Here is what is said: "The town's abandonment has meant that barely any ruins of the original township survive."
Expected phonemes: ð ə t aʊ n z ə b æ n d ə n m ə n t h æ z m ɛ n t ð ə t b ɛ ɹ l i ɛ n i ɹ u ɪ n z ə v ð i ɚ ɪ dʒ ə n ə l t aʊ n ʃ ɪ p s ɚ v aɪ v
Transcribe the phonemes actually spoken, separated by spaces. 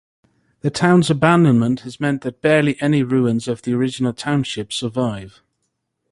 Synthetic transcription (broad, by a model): ð ə t aʊ n z ə b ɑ n d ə n m ə n t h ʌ z m ɛ n ð ə t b ɛ l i ɛ n i ɹ u ɪ n z ə v ð i ɚ ɪ dʒ ə n ə l t aʊ n ʃ ɪ p s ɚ v aɪ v